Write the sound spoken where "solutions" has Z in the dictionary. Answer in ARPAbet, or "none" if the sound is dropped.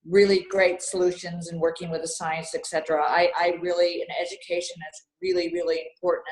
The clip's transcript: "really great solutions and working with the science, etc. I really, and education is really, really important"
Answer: Z